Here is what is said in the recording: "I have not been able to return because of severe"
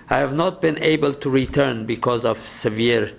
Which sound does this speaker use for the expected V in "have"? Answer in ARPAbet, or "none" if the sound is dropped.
V